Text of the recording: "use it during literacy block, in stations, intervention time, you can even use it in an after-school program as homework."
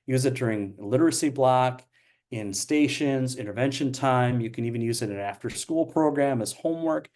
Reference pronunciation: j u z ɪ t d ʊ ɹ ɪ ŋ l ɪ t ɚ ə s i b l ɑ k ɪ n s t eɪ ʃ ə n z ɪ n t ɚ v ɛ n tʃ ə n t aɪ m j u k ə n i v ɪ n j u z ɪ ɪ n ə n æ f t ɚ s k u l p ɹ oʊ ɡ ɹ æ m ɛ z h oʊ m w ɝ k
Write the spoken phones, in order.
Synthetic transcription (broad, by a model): j u z ɪ t d ʊ ɹ ɪ ŋ l ɪ t ɚ ə s i b l ɑ k ɪ n s t eɪ ʃ ə n z ɪ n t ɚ v ɛ n ʃ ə n t aɪ m j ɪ k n i v ɪ n j u z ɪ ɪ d ə n æ f t ɚ s k u l p ɹ oʊ ɡ ɹ æ m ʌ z h oʊ m w ɝ k